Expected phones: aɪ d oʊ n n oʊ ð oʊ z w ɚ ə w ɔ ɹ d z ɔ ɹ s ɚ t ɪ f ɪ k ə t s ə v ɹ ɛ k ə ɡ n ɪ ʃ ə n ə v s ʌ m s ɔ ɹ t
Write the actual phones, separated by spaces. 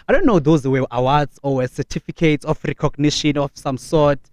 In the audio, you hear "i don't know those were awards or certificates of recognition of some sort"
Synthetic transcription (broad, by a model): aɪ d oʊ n n oʊ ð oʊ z w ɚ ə w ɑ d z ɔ w s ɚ t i f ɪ k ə t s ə f ɹ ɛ k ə ɡ n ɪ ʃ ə n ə f s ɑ m s ɔ t